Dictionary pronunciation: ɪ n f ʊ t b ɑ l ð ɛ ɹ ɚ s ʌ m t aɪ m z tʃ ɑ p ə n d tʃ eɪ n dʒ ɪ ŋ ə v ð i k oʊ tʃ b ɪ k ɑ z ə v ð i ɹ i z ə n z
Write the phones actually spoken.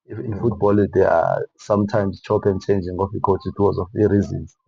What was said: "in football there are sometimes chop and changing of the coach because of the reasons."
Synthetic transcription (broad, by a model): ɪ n f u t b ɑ l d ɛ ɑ s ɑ m t aɪ m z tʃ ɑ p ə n tʃ eɪ n dʒ ɪ ŋ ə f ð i k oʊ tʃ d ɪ ɑ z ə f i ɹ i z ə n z